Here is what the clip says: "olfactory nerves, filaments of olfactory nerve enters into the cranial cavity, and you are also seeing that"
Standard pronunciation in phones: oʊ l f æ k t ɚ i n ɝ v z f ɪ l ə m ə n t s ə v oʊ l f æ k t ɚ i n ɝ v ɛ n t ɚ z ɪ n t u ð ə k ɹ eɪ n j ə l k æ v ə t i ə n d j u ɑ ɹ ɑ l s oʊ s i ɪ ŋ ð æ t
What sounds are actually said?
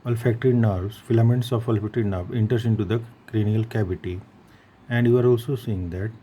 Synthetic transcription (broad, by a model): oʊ l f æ k t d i n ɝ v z f ɪ l ə m ə n t s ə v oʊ l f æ k t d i n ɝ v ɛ n t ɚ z ɪ n t u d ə k ɹ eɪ n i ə l k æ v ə t i ə n d j u ɑ ɹ ɑ l s oʊ s i ɪ ŋ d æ t